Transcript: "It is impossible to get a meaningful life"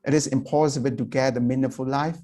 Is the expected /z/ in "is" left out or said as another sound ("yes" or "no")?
yes